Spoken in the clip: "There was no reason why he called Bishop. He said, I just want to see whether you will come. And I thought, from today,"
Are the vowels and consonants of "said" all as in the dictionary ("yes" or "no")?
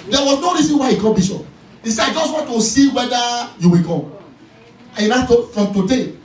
no